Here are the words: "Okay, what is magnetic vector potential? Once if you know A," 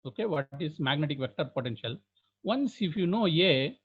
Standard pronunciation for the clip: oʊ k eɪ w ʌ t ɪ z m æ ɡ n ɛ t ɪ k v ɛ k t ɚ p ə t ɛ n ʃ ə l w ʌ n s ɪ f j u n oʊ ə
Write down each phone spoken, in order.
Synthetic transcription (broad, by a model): oʊ k eɪ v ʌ t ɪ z m æ ɡ n ɛ t ɪ k v ɛ k t ɚ p ə t ɛ n ʃ ə l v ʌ n s ɪ f j u n oʊ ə